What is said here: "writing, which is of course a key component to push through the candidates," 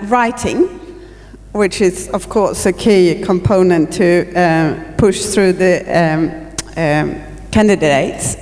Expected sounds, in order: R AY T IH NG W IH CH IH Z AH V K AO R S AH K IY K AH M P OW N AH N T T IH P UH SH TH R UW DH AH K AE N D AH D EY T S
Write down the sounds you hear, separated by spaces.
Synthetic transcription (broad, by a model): R AY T IH NG W IH CH IH Z AH V K AO R S AH K IY K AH M P OW N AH N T T IH P UH SH TH R UW DH AH K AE N D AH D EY T S